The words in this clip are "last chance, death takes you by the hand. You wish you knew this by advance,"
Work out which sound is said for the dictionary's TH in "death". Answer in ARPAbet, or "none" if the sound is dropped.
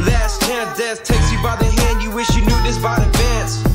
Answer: S